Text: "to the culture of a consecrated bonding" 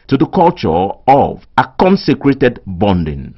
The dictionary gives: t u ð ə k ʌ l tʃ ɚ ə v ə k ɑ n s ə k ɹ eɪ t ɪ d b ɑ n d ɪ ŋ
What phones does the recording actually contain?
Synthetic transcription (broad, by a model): t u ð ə k ʌ l tʃ ɚ ə v ə k ɑ n s ə k ɹ eɪ t ɪ d b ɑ n d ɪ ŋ